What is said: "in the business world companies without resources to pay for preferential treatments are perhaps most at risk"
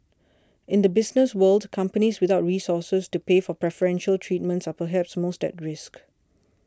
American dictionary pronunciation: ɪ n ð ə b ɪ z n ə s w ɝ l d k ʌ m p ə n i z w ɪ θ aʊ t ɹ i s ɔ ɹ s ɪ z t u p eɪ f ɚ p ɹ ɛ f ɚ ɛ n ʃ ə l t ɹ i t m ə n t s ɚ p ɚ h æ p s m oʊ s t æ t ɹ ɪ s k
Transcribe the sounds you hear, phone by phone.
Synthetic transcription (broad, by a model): ɪ n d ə b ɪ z n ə s w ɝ l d k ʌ m p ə n i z w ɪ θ aʊ t ɹ i s ɔ s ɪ s t u p eɪ f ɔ p ɹ ɛ f ɚ ɛ n ʃ ə l t ɹ i t m ə n t s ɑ p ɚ h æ p s m oʊ s t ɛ t ɹ ɪ s k